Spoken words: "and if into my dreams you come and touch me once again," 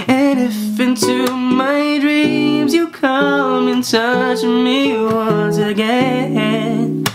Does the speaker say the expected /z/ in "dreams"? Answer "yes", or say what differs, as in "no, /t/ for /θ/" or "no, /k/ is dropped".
yes